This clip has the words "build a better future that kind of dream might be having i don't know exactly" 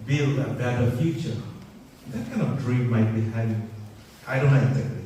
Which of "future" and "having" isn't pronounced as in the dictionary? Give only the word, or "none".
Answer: having